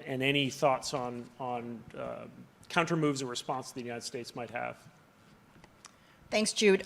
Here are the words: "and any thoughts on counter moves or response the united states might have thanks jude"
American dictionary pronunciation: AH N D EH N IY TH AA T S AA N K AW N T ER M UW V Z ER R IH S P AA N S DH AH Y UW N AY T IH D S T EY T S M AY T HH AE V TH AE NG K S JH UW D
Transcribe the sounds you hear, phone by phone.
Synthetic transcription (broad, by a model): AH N EH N IY TH AA T S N N K AW N T ER M UW V Z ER R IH S P AA N S DH AH Y UW N AY T IH D S T EY T S M AY T HH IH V TH AE NG K S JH UW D